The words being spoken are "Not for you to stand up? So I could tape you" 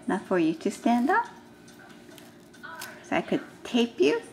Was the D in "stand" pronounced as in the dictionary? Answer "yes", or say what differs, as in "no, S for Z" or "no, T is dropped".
yes